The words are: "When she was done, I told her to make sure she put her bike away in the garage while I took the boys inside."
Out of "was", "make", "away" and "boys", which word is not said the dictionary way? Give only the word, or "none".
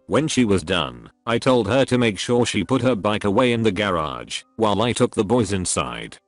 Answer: none